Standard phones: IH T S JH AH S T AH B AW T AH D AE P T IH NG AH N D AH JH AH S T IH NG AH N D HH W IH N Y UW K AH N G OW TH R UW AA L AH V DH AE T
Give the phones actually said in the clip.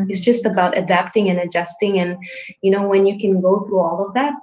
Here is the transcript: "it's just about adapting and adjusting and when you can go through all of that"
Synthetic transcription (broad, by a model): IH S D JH AH S T AH B AW T AH D AE P T IH NG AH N AH JH AH S T IH NG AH N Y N W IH N Y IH K AH N G OW TH R UW AA L AH V DH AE T